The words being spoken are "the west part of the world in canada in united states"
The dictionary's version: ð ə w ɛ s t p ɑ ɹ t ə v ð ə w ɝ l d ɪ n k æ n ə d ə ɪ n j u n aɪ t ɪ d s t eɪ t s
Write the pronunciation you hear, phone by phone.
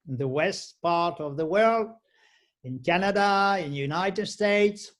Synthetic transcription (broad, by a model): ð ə w ɛ s t p ɑ ɹ t ə v ð ə w ɝ l d ɪ n k æ n ə d ə ɪ n j u n aɪ t ɪ d s t eɪ t s